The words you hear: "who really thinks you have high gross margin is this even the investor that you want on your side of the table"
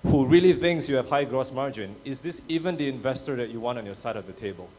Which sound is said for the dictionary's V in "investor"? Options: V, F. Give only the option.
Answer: V